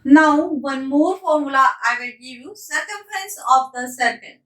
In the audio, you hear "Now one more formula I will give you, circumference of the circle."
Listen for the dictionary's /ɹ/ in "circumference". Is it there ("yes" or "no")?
no